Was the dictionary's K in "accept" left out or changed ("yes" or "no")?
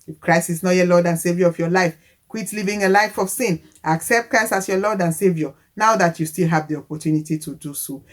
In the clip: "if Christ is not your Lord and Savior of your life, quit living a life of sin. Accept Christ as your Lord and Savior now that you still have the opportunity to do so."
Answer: no